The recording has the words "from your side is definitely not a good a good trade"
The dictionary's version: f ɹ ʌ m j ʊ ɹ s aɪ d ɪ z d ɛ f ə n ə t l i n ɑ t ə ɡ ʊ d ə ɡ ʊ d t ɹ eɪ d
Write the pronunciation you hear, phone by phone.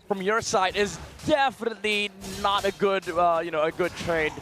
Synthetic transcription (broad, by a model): f ɹ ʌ m j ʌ ɹ s aɪ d ɪ z d ɛ f ə n ə t l i n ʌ t ə ɡ ʊ d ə ɡ ʊ d t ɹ eɪ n